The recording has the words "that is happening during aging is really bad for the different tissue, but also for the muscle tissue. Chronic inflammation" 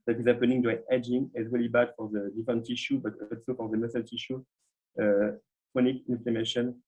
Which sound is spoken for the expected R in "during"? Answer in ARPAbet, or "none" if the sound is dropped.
none